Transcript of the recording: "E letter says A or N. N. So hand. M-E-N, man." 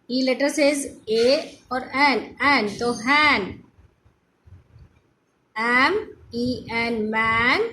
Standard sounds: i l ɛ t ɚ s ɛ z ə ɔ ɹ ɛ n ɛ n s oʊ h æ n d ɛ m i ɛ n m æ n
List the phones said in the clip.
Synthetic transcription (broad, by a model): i l ɛ t ɚ s ɛ z ə ɔ ɹ ɛ n ɛ n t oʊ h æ n ɛ m i ɛ n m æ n